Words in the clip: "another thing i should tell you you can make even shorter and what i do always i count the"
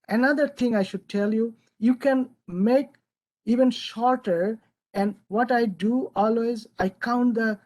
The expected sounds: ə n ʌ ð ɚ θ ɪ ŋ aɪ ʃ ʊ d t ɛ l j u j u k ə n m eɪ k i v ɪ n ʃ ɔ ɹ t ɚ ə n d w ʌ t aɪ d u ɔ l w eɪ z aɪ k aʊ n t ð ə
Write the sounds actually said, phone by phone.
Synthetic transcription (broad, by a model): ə n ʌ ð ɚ t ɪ ŋ aɪ ʃ ʊ d t ɛ l j u j u k ə n m eɪ k i v ɪ n ʃ ɔ ɹ t ɚ ə n d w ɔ t aɪ d u ɔ l w eɪ z aɪ k aʊ n t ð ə